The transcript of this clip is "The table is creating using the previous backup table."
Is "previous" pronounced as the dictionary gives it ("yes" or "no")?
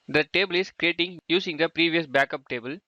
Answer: yes